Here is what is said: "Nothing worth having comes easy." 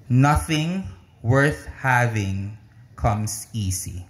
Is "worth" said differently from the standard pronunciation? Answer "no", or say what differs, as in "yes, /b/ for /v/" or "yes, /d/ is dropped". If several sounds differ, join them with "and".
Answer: no